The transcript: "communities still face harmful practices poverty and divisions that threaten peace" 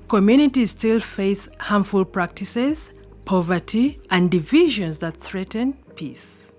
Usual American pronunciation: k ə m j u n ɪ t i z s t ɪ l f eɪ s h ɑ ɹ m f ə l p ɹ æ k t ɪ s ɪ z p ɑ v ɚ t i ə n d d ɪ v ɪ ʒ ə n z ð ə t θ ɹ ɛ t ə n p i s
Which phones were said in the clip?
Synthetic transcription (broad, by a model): k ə m j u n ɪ t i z s t ɪ l f eɪ s h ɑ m f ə l p ɹ æ k t ɪ s ɪ z p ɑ v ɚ t i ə n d d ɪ v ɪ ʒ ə n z ð ə t θ ɹ ɛ t ə n p i s